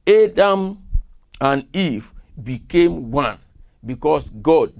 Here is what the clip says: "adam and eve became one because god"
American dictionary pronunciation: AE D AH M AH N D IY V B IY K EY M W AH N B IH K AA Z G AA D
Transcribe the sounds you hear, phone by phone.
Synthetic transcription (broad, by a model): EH D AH M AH N IY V B IY K EY M W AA N B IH K AA S G AA D